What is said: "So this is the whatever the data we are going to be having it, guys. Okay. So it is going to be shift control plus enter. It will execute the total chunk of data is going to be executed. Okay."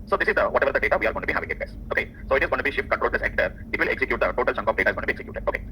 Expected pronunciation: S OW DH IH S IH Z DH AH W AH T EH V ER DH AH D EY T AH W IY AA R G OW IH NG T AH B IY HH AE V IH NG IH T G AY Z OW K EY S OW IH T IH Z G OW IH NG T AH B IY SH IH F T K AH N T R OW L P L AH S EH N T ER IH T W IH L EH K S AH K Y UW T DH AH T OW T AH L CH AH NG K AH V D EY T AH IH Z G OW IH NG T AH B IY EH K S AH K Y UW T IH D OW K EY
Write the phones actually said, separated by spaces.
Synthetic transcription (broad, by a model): S OW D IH S IH Z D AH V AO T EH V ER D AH D EY T AH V IY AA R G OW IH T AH B IY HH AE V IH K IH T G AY S OW K EY S OW IH T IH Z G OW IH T B IY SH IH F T K AH N T R OW L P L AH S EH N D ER IH T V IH L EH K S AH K Y UW T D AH T OW T AH L CH AH NG K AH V D EY T AH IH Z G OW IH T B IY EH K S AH K Y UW T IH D OW K EY